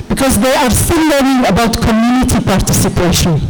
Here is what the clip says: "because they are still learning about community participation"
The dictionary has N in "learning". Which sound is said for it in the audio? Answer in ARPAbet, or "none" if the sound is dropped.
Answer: none